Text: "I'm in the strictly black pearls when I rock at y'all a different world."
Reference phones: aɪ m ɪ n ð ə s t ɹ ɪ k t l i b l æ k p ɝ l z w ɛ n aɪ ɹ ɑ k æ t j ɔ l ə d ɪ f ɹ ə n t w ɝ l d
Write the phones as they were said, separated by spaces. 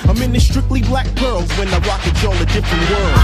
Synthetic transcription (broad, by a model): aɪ m ɪ n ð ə s t ɹ ɪ k t l i b l æ k b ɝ l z w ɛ n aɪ w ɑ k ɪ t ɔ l ə d ɪ f ɹ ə n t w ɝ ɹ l